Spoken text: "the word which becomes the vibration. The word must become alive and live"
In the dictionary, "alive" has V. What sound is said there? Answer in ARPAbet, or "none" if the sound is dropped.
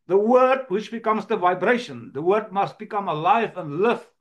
V